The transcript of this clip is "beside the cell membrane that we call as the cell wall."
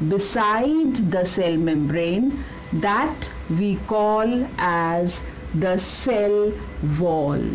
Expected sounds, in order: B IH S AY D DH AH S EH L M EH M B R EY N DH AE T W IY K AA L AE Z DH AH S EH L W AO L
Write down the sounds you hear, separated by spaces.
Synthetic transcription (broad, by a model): B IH S AY D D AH S EH L M EH M B R EY N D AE T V IY K AA L AE Z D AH S EH L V AO L